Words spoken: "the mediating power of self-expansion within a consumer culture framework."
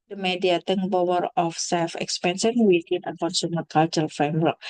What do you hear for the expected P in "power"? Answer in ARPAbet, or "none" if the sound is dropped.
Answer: B